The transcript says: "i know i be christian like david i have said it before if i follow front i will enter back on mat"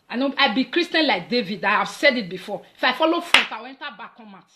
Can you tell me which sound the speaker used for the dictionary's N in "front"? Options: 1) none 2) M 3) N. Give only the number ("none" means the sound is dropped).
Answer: 1